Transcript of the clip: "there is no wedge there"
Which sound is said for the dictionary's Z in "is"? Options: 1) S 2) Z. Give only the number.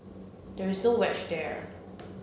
2